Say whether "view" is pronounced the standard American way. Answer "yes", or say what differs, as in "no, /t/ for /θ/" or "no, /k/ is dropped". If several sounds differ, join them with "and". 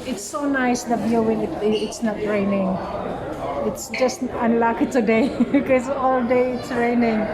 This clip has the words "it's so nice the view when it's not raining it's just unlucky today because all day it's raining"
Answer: no, /b/ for /v/